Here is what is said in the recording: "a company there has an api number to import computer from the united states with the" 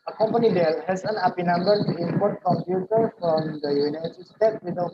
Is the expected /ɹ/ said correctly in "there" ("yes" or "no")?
no